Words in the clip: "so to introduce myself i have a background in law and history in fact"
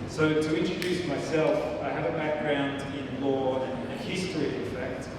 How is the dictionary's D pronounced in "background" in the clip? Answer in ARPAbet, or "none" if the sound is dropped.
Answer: D